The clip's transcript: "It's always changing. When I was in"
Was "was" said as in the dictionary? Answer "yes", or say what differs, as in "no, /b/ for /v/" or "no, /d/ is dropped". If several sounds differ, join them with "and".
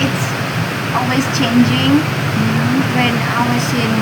no, /s/ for /z/